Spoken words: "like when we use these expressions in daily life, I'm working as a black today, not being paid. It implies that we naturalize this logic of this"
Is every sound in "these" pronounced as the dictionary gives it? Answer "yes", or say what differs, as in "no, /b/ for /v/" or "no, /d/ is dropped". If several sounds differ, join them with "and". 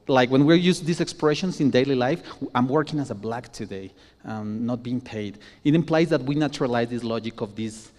no, /s/ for /z/